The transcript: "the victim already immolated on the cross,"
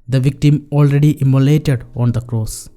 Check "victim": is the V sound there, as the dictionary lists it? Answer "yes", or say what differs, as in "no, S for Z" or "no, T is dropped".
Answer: yes